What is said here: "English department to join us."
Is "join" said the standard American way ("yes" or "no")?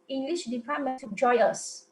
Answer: no